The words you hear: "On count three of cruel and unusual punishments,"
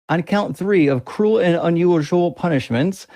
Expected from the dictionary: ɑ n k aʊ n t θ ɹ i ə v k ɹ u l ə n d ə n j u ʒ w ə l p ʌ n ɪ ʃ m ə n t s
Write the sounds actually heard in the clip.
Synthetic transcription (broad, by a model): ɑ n k aʊ n θ ɹ i ə v k ɹ u l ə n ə n j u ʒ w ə l p ʌ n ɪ ʃ m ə n t s